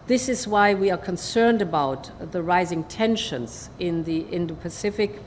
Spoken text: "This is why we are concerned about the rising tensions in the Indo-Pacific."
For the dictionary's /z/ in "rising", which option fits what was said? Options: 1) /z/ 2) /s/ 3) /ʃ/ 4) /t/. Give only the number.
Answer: 1